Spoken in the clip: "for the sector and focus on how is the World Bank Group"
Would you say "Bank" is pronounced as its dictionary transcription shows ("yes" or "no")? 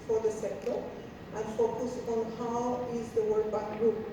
no